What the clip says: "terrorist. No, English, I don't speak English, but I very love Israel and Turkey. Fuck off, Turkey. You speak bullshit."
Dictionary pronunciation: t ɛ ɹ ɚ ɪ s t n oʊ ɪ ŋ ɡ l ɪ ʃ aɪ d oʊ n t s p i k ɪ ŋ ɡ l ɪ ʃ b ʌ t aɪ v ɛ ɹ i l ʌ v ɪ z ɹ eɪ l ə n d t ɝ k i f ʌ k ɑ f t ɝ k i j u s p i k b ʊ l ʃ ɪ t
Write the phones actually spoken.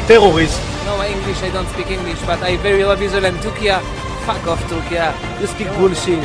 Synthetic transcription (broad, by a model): t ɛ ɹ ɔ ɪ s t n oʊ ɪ ŋ ɡ l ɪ ʃ aɪ d oʊ n t s p i k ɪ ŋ ɡ l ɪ ʃ b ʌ t aɪ v ɛ ɹ i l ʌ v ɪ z w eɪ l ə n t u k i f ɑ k ɑ f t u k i j u s p i k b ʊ l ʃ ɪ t